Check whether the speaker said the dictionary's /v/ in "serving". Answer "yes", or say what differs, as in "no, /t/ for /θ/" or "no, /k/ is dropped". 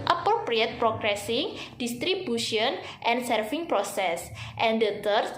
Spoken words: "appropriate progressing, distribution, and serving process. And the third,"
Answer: no, /f/ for /v/